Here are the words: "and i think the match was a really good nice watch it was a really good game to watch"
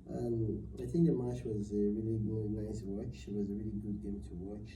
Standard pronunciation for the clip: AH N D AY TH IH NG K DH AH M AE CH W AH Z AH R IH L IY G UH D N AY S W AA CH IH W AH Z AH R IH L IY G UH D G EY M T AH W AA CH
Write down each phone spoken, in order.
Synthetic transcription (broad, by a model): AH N AY TH IH NG K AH M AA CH W AH Z AH R IH L IY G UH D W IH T W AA SH IH W AH Z AH R IH L IY G UH D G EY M T AH W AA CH